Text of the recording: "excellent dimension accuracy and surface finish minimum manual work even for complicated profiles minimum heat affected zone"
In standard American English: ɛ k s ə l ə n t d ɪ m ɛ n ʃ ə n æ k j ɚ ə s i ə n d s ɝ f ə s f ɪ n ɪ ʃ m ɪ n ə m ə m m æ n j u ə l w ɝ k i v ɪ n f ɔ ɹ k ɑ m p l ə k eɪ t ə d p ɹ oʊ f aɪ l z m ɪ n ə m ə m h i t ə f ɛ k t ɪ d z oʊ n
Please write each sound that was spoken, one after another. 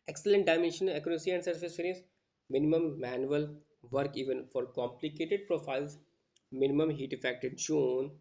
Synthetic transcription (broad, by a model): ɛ k s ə l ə n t d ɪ m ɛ n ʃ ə n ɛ k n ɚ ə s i ə n d s ɝ f ə s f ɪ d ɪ s m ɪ n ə m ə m m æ n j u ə l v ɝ k i v ɪ n f ɔ ɹ k ɑ m p l ə k eɪ t ə d p ɹ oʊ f aɪ l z m ɪ n ə m ə m h i t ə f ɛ k t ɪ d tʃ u n